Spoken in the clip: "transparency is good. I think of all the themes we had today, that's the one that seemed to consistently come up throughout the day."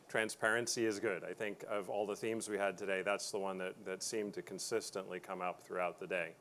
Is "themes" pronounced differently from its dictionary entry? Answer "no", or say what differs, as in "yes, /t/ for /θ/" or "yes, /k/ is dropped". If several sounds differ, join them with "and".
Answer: no